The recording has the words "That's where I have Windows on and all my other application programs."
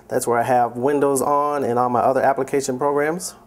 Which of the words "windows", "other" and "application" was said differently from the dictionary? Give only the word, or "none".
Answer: none